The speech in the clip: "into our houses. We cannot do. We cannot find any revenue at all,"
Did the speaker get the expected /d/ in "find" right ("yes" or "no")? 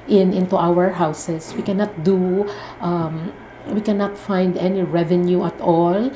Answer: yes